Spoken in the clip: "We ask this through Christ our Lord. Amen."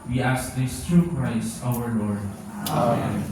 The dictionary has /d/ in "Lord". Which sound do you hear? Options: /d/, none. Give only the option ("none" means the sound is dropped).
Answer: /d/